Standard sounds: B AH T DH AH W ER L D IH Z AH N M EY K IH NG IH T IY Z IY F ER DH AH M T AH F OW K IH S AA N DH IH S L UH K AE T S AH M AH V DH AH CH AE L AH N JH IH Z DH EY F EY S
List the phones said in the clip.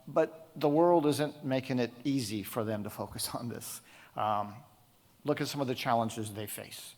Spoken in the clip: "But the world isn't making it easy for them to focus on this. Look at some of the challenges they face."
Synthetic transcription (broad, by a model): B AH T DH AH W ER L D IH Z AH N M EY K IH NG IH T IY Z IY F ER DH AH M T AH F OW K IH S N DH IH S L UH K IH T S AH M AH V DH AH CH AE L AH N JH IH Z DH EY F EY S